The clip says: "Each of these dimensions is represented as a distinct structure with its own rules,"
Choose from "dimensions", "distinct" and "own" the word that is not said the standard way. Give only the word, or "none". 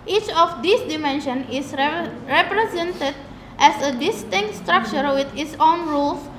dimensions